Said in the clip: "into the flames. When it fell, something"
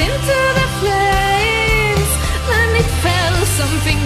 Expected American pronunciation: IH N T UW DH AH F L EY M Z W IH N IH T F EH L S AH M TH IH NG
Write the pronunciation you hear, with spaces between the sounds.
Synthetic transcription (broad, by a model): IH N T UW DH AH P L EY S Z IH N IH T F EH L S AH M TH IH NG